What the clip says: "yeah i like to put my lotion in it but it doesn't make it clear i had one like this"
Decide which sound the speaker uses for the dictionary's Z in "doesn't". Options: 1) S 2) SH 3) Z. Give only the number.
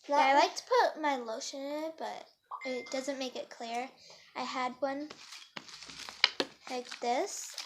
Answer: 3